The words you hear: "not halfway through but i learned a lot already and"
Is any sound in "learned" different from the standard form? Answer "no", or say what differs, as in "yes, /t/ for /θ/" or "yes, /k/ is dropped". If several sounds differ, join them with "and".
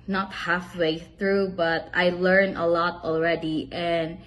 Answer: yes, /d/ is dropped